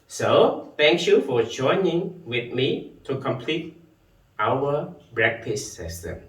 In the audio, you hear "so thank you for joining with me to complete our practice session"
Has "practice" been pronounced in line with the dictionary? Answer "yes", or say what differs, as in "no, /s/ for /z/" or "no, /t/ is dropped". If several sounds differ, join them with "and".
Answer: no, /b/ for /p/